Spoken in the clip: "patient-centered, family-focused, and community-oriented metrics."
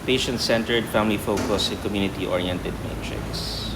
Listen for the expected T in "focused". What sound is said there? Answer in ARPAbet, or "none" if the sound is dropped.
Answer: none